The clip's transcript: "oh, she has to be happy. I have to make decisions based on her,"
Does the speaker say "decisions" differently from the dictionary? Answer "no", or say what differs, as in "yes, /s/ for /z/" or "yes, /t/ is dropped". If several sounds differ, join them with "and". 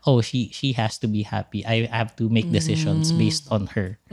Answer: yes, /ʃ/ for /ʒ/ and /s/ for /z/